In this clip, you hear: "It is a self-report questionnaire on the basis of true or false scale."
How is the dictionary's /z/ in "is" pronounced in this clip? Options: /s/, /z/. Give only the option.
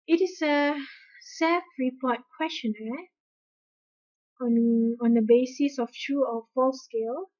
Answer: /s/